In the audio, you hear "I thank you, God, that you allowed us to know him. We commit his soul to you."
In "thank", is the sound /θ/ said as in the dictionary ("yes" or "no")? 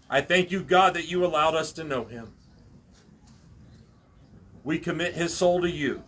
yes